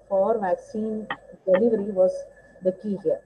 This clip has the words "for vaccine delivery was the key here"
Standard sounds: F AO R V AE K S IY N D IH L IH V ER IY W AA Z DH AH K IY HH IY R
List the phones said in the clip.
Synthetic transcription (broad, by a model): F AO R V AE K S IY N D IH L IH V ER IY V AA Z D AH K IY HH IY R